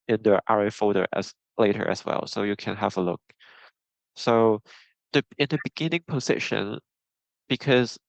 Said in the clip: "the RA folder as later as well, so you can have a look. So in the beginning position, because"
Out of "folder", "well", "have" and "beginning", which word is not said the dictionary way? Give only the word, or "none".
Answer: folder